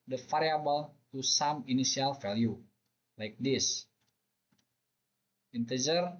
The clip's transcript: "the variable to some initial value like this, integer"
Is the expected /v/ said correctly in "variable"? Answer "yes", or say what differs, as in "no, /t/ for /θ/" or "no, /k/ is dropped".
no, /f/ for /v/